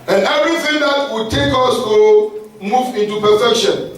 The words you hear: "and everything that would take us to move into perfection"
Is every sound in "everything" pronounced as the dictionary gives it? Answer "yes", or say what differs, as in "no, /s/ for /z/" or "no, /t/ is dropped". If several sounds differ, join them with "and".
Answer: no, /v/ is dropped